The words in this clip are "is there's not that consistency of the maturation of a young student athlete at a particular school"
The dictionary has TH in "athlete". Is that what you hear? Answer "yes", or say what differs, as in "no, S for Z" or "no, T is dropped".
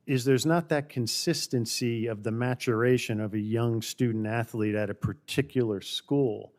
yes